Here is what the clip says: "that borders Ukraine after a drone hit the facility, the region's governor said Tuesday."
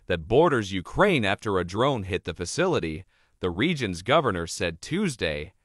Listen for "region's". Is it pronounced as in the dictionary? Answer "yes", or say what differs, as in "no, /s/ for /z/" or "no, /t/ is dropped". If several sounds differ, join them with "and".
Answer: yes